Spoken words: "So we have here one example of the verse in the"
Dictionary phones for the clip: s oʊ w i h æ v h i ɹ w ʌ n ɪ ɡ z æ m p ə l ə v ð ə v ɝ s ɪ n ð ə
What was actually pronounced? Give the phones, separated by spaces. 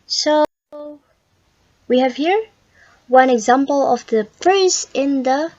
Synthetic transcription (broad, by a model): s oʊ w i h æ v h i ɹ w ʌ n ɪ ɡ z æ m p ə l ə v ð ə p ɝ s ɪ n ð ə